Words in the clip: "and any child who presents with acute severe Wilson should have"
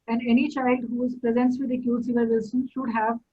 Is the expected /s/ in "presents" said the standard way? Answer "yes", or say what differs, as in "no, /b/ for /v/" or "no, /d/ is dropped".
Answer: yes